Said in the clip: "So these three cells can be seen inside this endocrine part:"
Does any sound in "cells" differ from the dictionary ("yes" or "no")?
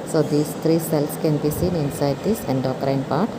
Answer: yes